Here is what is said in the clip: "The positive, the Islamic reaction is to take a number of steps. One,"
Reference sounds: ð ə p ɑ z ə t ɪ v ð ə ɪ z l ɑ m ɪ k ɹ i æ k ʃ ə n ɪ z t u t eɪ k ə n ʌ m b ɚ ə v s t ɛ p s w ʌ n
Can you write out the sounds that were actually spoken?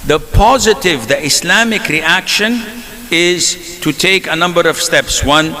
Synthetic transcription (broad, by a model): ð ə p ɑ z ə t ɪ v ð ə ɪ s l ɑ m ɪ k ɹ i æ k ʃ ə n ɪ z t u t eɪ k ə n ʌ m b ɚ ə v s t ɛ p s w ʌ n